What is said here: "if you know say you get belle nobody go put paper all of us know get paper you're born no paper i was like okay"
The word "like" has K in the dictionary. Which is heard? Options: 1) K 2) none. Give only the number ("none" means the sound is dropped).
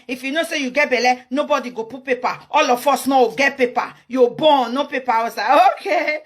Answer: 2